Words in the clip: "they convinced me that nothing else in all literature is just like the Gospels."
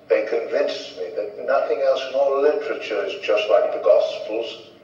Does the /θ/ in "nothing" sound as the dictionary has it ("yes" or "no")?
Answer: yes